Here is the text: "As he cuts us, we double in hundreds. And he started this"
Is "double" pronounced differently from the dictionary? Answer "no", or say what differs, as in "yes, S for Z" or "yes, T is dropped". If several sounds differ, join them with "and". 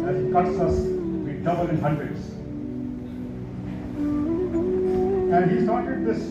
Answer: yes, N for L